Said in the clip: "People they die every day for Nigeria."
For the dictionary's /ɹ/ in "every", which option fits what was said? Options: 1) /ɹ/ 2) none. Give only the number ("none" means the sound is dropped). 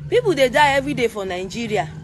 2